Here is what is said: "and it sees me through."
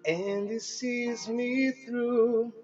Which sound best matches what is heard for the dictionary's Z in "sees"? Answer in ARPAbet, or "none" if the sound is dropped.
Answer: Z